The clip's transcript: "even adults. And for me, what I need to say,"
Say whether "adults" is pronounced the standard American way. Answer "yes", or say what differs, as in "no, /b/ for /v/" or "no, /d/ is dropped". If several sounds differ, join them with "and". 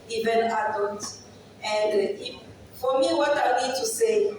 no, /s/ is dropped